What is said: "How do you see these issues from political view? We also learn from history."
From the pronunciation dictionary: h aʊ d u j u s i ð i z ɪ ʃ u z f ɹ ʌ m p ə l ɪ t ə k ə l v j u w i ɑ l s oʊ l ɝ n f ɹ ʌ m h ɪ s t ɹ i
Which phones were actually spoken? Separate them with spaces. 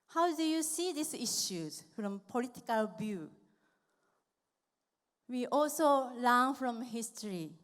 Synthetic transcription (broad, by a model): h aʊ d u j u s i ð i s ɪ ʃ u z f ɹ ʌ m p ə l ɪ t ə k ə l b j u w i ɑ l s oʊ l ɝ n f ɹ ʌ m h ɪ s t ɹ i